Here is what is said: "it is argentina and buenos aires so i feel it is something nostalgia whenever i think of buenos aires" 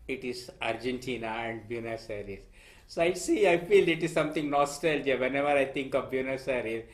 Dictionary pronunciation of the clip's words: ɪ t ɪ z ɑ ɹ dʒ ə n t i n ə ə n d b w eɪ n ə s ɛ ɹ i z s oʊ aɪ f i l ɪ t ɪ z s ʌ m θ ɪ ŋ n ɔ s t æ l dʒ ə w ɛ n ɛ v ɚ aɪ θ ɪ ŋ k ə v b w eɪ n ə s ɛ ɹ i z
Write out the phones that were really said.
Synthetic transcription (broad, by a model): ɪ t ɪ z ɑ ɹ dʒ ə n t i n ə ə n d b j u n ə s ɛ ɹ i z s oʊ aɪ f i l ɪ t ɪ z s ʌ m t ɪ ŋ n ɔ s t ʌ l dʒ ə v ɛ n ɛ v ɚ aɪ t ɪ ŋ k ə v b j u n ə s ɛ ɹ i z